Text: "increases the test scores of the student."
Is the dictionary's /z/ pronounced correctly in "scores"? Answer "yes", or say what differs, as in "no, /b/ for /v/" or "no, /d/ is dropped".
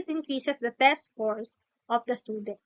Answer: no, /s/ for /z/